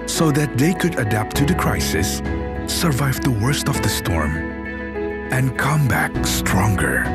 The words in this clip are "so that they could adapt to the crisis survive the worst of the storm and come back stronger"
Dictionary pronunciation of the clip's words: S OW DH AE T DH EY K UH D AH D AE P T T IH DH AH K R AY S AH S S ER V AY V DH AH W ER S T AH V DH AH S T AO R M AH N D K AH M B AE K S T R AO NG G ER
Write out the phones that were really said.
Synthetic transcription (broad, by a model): S OW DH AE T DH EY K UH D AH D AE P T T IH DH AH K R AY S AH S S ER V AY V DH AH W ER S T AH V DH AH S T AO R M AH N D K AH M B AE K S T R AO NG G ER